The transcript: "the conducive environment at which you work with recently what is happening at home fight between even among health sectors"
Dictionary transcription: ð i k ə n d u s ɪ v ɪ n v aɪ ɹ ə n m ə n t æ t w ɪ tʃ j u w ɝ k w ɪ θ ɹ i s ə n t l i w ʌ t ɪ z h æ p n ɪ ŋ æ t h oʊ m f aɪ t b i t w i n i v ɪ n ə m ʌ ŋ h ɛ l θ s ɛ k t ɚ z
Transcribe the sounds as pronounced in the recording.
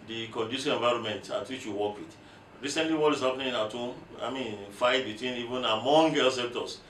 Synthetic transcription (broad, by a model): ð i k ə n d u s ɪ ɪ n v aɪ ɹ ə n m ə n t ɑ t w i tʃ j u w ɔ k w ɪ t ɹ i s ə n t l i w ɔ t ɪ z h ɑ p n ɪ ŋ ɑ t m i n f aɪ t b i t w i n i v ɪ n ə m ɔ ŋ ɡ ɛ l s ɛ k t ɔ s